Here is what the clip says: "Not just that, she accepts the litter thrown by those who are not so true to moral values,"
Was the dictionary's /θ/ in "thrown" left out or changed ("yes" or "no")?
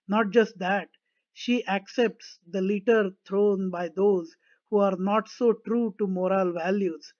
yes